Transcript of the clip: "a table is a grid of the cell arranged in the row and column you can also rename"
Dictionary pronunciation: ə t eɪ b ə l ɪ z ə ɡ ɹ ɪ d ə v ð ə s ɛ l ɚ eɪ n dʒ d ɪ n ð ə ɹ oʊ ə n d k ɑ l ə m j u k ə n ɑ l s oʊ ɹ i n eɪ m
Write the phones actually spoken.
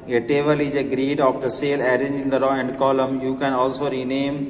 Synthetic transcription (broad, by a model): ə t eɪ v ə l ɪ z ə ɡ ɹ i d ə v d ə s ɛ l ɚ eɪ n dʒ ɪ n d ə ɹ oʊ ə n d k ɑ l ə m j u k ə n ɑ l s oʊ ɹ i n eɪ m